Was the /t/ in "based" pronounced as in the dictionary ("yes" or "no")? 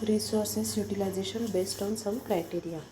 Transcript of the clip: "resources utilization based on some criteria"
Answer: yes